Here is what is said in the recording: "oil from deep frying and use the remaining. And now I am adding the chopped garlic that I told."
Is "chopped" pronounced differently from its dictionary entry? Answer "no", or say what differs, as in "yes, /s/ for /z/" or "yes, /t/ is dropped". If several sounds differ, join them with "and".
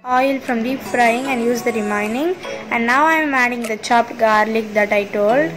no